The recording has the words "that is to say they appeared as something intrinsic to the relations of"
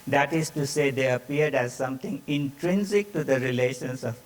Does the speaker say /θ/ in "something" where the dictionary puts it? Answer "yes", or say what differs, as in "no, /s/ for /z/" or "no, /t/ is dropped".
no, /t/ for /θ/